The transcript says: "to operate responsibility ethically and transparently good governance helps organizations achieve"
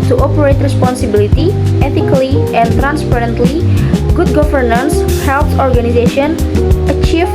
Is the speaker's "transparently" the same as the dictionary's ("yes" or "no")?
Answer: yes